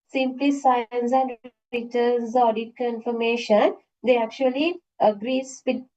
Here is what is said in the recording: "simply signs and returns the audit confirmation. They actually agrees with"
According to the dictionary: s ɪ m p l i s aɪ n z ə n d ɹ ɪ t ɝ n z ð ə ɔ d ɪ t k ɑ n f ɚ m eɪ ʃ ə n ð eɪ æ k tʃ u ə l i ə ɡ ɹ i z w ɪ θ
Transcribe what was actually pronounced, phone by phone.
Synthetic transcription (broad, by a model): s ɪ m p l i s aɪ n s ə n d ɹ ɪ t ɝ z ɔ d ɪ t k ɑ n f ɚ m eɪ ʃ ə n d eɪ æ k tʃ u ə l i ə ɡ ɹ i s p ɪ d